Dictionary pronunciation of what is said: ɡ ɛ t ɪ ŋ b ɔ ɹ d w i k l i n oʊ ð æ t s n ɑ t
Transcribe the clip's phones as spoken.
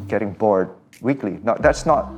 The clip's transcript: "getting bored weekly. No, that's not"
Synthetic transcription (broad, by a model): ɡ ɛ t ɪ ŋ b ɔ ɹ d w i k l i n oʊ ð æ t s n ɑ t